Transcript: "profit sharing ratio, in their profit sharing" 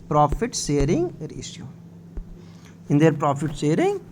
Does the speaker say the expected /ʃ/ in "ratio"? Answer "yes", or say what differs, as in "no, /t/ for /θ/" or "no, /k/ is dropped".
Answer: no, /s/ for /ʃ/